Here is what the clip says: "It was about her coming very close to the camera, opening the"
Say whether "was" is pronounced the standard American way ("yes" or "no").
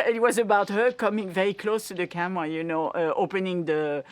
yes